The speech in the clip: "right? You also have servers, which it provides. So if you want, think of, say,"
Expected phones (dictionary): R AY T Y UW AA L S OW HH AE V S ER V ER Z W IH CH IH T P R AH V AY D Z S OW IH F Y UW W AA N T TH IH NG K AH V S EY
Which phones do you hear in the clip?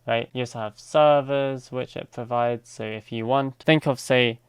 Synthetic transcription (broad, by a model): R AY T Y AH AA S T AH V S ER V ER Z W IH CH IH T P R AH V AY D Z S OW IH F Y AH W AA N T TH IH NG K AH V S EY